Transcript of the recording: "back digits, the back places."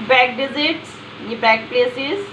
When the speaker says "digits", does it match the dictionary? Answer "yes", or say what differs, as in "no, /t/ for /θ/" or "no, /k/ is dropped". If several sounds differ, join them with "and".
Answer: no, /z/ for /dʒ/